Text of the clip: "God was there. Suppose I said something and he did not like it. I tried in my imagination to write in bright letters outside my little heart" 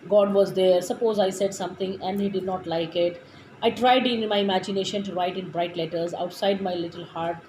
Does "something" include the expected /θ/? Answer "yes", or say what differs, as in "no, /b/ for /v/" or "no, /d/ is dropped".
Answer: no, /t/ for /θ/